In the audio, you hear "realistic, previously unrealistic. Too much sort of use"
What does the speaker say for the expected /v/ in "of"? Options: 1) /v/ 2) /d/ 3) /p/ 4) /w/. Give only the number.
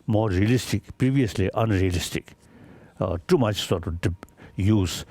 3